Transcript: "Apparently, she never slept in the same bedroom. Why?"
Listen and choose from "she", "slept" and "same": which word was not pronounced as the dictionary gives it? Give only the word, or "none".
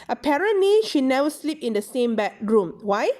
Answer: slept